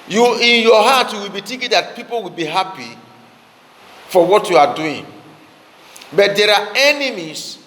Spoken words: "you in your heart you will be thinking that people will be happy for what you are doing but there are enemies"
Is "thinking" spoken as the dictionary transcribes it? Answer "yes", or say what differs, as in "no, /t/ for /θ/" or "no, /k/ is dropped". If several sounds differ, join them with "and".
no, /t/ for /θ/